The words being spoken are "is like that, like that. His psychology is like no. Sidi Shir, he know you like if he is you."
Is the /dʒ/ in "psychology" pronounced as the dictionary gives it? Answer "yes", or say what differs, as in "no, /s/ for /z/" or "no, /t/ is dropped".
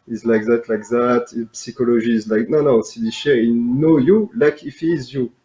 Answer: no, /ʒ/ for /dʒ/